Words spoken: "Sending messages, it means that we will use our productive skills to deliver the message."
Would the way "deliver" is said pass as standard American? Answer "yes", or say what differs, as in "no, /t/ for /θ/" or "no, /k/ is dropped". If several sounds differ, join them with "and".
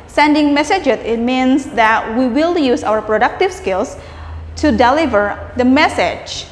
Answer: yes